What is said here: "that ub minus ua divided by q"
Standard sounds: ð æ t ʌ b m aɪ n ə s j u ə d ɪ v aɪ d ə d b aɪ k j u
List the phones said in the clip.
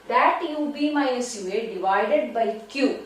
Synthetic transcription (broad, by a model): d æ t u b m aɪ ə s j u ə d ɪ v aɪ d ə d b aɪ k j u